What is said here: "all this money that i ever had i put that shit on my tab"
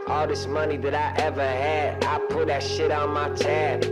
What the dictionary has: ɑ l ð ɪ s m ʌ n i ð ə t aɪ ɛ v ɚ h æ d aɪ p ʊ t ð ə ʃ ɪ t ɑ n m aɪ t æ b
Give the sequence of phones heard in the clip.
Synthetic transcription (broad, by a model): ɑ l ð ɪ s m ʌ n i ð ə t aɪ ɛ v ɚ h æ d aɪ p ʊ t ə ʃ ɪ t n m aɪ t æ